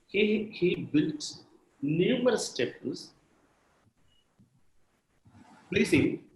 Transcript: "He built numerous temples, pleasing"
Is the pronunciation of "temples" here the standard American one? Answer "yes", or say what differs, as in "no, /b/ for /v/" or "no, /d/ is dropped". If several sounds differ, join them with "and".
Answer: no, /m/ is dropped